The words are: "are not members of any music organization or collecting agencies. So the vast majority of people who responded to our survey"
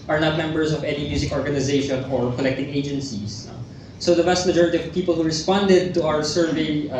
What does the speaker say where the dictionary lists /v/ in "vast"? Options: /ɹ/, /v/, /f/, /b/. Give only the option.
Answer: /b/